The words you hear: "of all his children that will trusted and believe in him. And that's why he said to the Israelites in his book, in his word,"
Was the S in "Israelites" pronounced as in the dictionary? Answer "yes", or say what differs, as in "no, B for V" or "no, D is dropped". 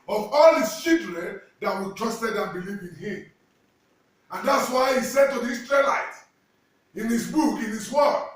no, S is dropped